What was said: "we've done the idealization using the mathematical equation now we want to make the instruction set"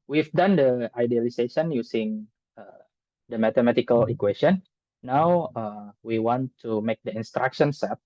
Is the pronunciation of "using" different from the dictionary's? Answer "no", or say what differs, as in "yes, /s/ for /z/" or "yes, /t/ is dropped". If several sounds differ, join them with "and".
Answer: yes, /s/ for /z/